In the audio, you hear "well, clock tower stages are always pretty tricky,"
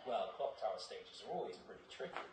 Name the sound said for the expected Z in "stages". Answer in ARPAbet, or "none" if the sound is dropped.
Z